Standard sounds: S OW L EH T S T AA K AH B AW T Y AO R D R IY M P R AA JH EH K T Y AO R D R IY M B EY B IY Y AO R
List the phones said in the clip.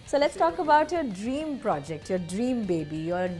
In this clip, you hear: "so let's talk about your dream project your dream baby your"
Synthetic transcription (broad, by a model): S OW L EH T S T AA K AH B AW T Y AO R D R IY M P R AA JH EH K T Y AO R D R IY M B EY B IY Y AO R